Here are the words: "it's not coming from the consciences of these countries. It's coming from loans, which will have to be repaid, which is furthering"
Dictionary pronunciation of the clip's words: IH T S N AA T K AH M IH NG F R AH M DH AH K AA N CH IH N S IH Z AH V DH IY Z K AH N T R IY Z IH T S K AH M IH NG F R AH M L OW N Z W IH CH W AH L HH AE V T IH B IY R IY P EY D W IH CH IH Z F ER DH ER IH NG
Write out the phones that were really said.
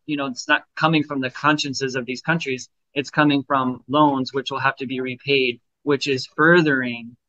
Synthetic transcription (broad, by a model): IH T S N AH T K AH M IH NG F R AH M DH AH K AA N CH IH N S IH Z AH V DH IY Z K AH N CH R IY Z IH T S K AH M IH NG F R AH M L OW N Z W IH CH W AH L HH AE F T IH B IY R IY P EY D W IH CH IH Z F ER DH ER IH NG